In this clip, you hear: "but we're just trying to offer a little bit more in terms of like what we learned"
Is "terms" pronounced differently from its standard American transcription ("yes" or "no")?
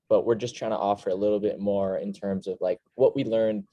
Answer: no